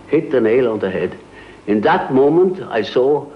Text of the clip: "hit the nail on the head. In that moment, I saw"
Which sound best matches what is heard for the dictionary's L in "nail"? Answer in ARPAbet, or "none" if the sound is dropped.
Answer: L